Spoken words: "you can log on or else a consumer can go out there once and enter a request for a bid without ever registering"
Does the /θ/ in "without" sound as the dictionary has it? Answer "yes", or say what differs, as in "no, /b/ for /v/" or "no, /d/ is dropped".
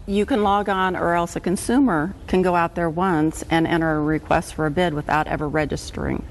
yes